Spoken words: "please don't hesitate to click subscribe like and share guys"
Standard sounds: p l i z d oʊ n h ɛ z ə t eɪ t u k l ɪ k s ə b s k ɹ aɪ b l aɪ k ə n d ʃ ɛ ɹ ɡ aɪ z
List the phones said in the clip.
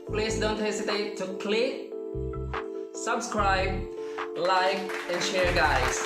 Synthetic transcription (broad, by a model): p l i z d oʊ n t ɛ s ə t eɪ t u k l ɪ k s ə b s k ɹ aɪ b l aɪ k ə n ʃ ɛ ɹ ɡ aɪ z